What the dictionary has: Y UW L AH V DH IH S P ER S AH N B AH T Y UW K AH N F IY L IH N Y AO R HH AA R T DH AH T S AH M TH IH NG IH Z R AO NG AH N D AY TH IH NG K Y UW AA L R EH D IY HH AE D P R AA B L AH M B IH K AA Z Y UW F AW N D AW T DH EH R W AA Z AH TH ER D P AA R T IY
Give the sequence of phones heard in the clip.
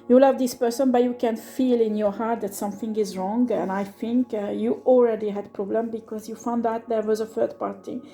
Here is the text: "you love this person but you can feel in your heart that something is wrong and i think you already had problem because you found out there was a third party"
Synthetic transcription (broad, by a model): Y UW L AH V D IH S P ER S AH N B AH T Y UW K AH N F IY L IH N Y AO R HH AA R T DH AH T S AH M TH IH NG IH Z R AO NG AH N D AY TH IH NG K Y UW AA L R EH D IY HH AE D P R AA B L AH M B IH K AA Z Y UW F AW N D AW T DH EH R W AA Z AH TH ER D P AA R T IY